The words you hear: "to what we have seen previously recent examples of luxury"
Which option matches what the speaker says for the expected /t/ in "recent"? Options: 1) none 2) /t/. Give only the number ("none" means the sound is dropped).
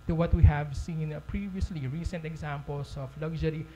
2